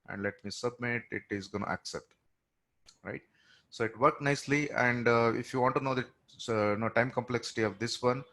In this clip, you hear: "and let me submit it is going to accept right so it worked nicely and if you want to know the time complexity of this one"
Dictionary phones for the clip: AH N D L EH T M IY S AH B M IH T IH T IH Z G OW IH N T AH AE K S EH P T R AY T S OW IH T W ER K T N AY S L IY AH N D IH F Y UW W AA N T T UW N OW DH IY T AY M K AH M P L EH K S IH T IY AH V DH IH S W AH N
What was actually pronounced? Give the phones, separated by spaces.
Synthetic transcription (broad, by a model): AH N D L EH T M IY S AH B M IH T IH T IH Z G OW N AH AE K S EH P T R AY T S OW IH T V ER K N AY S L IY AH N D IH F Y UW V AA N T T UW N OW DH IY T AY M K AH M P L EH K S IH T IY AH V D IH S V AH N